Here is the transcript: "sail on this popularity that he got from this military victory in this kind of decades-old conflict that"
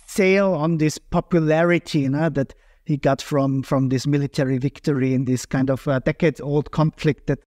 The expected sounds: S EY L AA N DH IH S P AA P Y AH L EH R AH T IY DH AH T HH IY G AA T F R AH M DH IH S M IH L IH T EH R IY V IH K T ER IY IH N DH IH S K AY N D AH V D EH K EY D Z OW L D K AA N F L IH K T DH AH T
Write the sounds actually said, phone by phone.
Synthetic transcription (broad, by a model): S EY L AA N DH IH S P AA P Y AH L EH R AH T IY DH AH T HH IY G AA T F R AH M DH IH S M IH L IH T EH R IY V IH K T ER IY IH N DH IH S K AY N D AH V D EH K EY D OW L D K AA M F L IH K T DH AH T